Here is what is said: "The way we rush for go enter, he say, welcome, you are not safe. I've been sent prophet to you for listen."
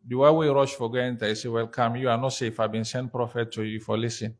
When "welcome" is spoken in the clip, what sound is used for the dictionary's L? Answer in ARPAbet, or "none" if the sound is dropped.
L